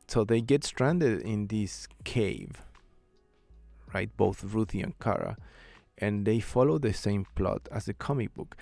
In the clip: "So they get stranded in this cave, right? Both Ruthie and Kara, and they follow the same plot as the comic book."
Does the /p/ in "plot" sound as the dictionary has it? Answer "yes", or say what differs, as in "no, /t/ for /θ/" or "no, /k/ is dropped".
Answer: yes